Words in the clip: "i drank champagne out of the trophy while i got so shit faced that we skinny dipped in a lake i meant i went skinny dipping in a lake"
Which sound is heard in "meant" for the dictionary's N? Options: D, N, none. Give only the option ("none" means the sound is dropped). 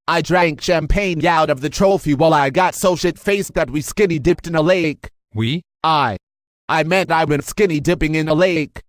N